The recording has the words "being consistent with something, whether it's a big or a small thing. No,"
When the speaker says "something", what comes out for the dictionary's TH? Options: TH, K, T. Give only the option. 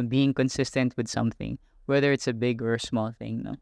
TH